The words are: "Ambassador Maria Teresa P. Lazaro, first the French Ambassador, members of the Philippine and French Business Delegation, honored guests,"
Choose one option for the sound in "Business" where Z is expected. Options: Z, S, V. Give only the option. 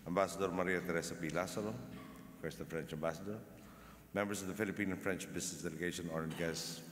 S